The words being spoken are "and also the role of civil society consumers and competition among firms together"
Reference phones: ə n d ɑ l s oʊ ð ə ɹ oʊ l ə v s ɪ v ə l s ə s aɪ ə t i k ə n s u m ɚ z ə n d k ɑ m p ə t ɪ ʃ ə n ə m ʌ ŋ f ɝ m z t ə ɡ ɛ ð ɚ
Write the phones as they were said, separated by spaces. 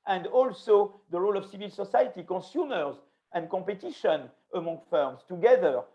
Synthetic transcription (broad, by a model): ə n d ɑ l s oʊ ð ə ɹ oʊ l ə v s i v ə l s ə s aɪ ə t i k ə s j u m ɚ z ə n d k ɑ p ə t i ʃ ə n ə m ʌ ŋ f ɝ m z t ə ɡ ɛ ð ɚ